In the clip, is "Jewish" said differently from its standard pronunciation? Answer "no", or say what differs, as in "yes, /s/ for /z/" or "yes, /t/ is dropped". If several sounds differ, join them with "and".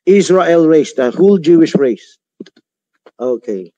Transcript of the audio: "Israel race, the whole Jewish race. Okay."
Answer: no